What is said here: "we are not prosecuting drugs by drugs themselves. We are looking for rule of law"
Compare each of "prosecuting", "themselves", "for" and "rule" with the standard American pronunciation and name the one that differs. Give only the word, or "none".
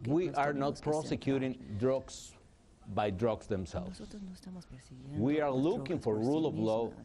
themselves